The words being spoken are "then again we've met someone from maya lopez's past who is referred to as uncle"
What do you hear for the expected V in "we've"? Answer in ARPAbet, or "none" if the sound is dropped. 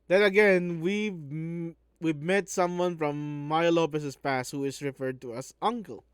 W